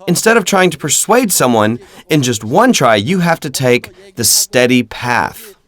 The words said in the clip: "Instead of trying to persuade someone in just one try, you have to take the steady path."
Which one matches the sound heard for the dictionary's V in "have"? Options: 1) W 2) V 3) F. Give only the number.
3